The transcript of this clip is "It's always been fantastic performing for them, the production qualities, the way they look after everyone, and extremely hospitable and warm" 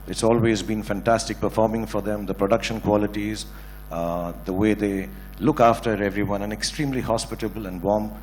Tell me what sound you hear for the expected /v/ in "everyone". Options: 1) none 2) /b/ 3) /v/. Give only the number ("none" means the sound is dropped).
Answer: 3